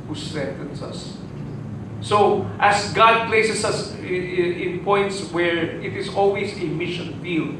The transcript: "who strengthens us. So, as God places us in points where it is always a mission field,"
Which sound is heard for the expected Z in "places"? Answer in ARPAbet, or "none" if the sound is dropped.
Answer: S